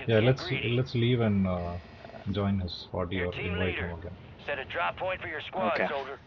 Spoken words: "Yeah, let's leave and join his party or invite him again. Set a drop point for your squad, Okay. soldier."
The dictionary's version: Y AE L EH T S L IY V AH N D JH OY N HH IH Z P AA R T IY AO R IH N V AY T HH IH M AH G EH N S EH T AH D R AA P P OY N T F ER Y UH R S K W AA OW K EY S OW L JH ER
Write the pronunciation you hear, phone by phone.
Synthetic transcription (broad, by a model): Y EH L EH T S L IY V AH N D JH OY N HH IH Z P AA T IY AO R IH N V AY T HH IH M AH G EH N S EH T AH D R AA P P OY N T F ER Y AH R S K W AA OW K EY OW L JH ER